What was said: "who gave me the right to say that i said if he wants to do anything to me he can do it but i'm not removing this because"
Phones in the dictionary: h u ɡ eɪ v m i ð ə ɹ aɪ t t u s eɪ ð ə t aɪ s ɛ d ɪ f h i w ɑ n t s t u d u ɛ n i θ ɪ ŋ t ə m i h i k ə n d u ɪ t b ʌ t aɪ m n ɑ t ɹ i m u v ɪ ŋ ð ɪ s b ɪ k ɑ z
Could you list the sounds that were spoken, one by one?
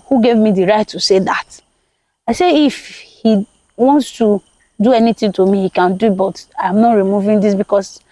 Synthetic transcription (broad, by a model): h u ɡ eɪ v m i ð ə ɹ aɪ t t u s eɪ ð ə t aɪ s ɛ ɪ f h i w ɑ n t s t u d u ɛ n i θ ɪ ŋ t ə m i h i k ə n d u ɪ t b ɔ t aɪ m n ɑ t ɹ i m u v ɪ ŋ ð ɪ s b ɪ k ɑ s